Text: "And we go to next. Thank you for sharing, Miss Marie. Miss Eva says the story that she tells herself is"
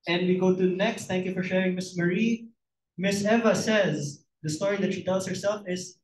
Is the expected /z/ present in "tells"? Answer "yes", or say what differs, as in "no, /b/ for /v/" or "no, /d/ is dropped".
no, /s/ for /z/